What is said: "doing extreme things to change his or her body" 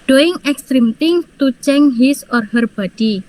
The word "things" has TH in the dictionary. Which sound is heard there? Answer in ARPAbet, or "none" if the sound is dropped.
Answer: T